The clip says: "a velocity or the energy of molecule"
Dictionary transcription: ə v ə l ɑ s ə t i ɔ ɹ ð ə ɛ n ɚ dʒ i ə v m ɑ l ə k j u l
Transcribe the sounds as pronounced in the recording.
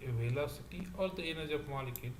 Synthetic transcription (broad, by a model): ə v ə l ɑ s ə t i ɔ ɹ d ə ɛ n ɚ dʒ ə p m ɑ l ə k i